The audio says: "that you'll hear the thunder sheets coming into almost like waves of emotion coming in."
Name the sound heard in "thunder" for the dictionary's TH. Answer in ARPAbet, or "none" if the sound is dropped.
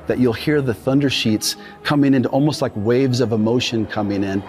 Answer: TH